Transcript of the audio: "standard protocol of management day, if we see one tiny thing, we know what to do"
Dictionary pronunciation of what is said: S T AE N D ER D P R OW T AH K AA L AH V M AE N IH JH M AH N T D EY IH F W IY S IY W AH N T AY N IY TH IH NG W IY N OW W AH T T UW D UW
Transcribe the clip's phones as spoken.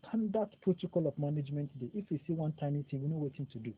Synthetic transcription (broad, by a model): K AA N D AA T P R OW T AH K AA L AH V M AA N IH JH M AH N T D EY IH F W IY S IY W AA N T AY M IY T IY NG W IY N OW W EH T T UW D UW